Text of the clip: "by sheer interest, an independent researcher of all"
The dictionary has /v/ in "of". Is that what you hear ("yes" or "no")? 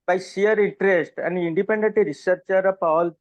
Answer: no